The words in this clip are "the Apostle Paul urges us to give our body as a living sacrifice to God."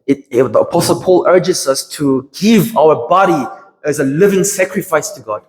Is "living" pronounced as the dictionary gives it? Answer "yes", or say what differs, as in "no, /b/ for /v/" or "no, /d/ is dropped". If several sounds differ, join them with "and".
yes